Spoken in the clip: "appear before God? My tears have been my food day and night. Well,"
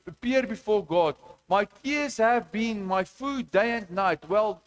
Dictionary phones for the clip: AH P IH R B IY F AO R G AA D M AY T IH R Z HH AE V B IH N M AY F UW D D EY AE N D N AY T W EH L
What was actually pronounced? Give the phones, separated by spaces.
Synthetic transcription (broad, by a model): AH P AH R B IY F AO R G AA D M AY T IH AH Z HH AE V B IH N M AY F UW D D EY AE N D N AY T W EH L